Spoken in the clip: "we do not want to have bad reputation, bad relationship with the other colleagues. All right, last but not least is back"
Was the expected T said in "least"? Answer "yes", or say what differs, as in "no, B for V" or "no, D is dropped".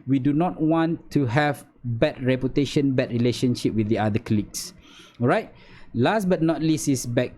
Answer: no, T is dropped